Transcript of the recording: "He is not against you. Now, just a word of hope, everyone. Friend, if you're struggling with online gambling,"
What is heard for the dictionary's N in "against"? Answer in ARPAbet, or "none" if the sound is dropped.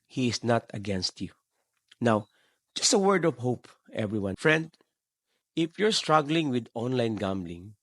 N